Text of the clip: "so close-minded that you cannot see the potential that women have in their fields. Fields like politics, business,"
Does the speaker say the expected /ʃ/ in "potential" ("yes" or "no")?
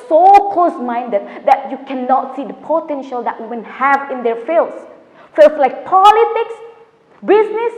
yes